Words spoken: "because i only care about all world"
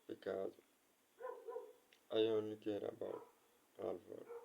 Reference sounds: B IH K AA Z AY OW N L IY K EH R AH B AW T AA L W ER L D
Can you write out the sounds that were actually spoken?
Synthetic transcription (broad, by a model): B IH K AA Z AY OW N IY K EH R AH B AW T AA L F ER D